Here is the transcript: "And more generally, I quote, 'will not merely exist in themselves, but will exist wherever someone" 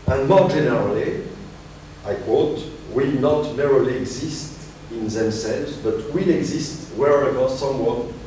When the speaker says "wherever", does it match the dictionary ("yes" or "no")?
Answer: yes